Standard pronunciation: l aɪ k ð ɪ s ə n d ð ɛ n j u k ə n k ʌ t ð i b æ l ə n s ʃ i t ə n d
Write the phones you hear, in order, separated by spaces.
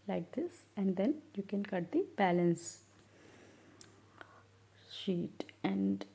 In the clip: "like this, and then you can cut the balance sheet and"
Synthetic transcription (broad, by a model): l aɪ k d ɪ s ə n d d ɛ n j u k ə n k ʌ t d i b æ l ə n s ʃ i t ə n d